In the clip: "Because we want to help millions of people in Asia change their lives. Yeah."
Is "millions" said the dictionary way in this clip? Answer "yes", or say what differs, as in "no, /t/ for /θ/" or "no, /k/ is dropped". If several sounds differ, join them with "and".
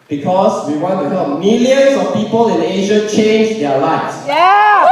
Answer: no, /s/ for /z/